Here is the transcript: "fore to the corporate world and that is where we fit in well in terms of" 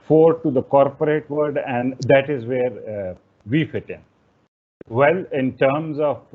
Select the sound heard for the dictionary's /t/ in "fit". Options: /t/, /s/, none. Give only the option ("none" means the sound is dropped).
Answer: /t/